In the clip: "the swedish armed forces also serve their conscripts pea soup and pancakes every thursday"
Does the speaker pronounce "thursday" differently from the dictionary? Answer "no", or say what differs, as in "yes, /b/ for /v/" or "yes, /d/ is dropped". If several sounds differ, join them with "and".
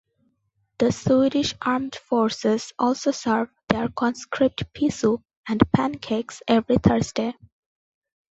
yes, /t/ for /θ/